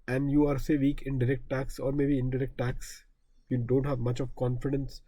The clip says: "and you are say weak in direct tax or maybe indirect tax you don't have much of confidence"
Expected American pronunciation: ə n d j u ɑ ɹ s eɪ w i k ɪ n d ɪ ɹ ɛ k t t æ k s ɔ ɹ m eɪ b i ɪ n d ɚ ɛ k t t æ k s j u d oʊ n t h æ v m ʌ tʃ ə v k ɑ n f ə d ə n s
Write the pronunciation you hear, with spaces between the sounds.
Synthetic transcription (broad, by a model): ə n d j u ɑ ɹ s eɪ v i k ɪ n d ɪ ɹ ɛ k t t æ k s ɔ ɹ m eɪ b i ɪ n d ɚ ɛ k t t æ k s j u d oʊ n t h æ v m ʌ tʃ ə v k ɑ n f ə d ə n s